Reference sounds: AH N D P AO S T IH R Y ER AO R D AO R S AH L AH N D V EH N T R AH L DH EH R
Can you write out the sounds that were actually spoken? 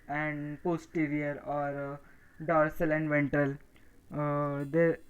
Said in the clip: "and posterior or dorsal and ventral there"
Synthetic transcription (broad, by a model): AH N D P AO S T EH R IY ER AO R D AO R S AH L AH N D V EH N T AH L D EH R